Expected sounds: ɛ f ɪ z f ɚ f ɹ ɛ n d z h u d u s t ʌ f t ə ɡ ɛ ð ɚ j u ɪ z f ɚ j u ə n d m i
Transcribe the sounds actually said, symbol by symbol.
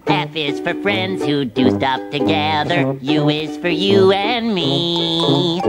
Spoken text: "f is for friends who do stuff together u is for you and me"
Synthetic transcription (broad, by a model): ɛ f ɪ z f ɚ f ɹ ɛ n d z h u d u s t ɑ p t ə ɡ ɛ ð ɚ j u ɪ z f ɚ j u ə n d m i